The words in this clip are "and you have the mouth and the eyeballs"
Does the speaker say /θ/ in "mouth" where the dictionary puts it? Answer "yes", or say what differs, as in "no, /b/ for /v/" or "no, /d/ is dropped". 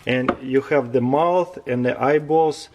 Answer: yes